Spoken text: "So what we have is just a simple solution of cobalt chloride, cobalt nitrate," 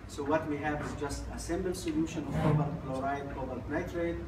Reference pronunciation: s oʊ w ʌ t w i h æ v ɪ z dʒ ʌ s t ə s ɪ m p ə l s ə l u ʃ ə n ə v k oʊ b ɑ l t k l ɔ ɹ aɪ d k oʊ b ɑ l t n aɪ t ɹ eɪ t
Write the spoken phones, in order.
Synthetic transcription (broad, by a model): s oʊ w ʌ t w i h æ v ɪ z dʒ ʌ s t ə s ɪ m b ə l s ə l u ʃ ə n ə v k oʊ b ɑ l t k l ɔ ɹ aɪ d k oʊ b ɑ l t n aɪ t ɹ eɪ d